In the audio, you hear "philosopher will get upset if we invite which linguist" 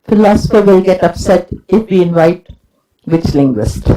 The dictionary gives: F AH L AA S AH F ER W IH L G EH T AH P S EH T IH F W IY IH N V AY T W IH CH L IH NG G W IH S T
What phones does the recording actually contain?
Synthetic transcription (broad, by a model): F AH L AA S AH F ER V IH L G EH T AH P S EH T IH F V IY IH N V AY T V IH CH L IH NG G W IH S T